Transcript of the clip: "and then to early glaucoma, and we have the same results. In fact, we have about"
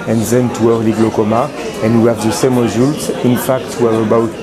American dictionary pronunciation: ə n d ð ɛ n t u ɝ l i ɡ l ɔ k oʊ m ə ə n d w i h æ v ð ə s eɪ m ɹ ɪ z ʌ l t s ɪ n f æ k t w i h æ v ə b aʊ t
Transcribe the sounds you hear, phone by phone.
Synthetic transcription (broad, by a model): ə n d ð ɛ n t u ɝ l i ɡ l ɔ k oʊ m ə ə n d w i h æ v ð ə s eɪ m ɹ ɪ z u l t ɪ n f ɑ k t w i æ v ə b aʊ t